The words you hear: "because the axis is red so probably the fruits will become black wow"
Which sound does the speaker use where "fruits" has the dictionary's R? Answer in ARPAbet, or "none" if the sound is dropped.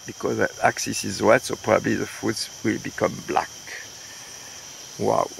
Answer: none